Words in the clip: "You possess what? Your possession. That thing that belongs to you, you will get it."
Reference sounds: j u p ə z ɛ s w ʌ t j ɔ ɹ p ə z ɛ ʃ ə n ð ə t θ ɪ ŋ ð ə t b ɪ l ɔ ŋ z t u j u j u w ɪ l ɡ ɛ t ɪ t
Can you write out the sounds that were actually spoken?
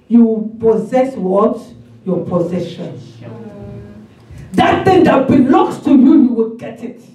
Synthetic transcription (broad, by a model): j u p ə z ɛ s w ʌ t j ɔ p ə z ɛ ʃ ə n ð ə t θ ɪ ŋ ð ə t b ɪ l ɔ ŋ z t u j u j u w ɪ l ɡ ɛ t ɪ t